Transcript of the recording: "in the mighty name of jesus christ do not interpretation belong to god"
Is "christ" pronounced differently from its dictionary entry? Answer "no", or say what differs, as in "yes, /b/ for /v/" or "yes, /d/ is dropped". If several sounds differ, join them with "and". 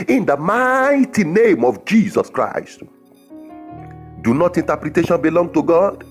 no